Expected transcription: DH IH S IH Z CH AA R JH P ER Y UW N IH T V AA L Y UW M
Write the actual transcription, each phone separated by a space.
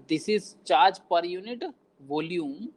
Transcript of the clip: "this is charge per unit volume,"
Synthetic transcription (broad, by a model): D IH S IH Z CH AA R JH P ER Y UW N IH T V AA L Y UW M